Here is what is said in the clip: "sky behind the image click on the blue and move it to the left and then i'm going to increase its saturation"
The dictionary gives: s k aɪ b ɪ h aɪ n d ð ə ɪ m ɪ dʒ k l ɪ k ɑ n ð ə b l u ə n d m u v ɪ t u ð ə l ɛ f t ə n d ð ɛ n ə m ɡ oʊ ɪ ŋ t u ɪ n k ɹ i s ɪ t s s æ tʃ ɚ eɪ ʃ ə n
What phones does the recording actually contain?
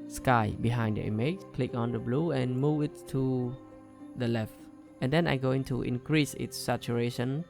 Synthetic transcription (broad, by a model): s k aɪ b ɪ h aɪ n d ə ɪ m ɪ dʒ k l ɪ k ɑ n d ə b l u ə n m u v ɪ t u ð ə l ɛ f t ə n d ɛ n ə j ɡ oʊ ɪ ŋ t u ɪ n k ɹ i s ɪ t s s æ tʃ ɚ eɪ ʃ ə n